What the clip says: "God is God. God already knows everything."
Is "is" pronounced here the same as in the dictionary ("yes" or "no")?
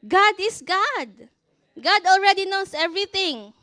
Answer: no